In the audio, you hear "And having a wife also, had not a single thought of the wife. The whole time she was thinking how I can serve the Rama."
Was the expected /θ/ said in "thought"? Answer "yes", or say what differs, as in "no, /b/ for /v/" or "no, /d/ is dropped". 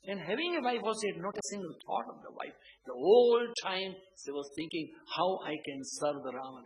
no, /t/ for /θ/